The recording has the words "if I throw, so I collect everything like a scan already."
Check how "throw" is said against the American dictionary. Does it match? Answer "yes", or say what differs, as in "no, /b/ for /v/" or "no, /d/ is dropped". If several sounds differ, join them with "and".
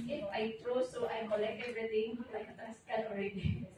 no, /t/ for /θ/